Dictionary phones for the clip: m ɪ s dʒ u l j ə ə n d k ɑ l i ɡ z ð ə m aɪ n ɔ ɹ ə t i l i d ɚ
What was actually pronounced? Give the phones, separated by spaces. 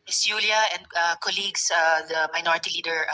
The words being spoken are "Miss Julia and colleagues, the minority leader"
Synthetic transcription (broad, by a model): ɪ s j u l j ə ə n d k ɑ l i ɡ s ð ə m aɪ n ɔ ɹ ə t i l i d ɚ